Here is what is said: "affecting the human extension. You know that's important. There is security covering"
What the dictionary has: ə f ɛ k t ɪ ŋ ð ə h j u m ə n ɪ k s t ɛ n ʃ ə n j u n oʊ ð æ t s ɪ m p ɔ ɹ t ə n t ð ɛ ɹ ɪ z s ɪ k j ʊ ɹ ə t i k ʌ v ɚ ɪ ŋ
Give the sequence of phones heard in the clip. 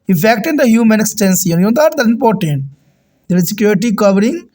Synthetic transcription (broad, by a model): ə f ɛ k t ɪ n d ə h j u m ə n k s t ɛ n s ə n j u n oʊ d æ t ɪ m p ɔ ɹ t ə n t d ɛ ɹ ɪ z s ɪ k j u ɹ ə t i k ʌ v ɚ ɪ ŋ